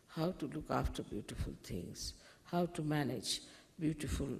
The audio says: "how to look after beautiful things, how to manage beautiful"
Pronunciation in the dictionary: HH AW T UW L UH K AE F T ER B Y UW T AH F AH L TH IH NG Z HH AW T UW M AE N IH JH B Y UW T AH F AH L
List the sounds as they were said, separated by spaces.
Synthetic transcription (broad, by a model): HH AW T UW L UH K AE F T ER B Y UW T AH F AH L T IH NG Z HH AW T UW M AE N IH JH B Y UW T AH F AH L